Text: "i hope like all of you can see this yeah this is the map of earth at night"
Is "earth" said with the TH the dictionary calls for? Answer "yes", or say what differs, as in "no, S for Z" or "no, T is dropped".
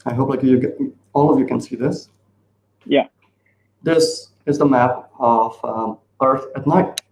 yes